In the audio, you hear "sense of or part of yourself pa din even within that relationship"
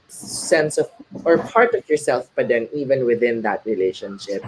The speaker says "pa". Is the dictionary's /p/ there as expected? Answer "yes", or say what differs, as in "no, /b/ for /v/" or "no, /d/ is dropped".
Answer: no, /b/ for /p/